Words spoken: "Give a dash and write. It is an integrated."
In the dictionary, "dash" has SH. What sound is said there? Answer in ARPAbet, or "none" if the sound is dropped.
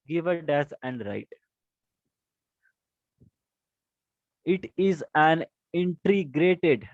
S